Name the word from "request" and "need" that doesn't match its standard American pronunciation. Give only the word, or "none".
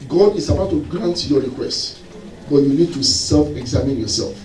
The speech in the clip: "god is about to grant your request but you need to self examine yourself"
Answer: none